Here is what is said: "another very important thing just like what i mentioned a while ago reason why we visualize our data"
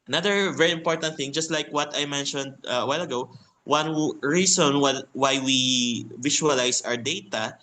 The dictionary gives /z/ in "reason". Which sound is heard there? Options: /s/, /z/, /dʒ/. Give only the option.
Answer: /s/